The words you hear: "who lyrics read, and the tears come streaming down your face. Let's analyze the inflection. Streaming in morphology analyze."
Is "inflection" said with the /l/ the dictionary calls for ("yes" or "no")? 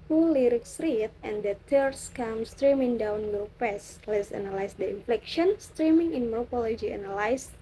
yes